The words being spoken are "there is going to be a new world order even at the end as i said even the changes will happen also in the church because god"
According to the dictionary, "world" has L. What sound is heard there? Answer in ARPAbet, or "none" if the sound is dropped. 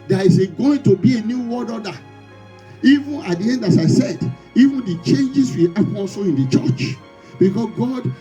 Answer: none